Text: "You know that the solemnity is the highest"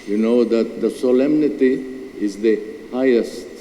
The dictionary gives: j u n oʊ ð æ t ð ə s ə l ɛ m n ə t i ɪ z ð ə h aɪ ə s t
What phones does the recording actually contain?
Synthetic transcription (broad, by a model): j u n oʊ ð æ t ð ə s ə l ɛ m n ə t i ɪ z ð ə h aɪ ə s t